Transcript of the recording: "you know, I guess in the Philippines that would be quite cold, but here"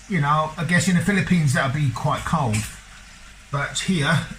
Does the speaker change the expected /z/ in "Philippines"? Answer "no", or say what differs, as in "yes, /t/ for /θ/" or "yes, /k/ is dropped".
no